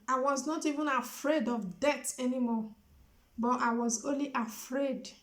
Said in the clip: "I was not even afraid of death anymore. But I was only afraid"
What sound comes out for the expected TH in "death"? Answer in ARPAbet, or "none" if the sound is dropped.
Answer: T